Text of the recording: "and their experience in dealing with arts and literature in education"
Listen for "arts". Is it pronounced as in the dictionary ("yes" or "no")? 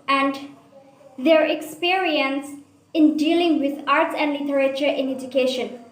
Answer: yes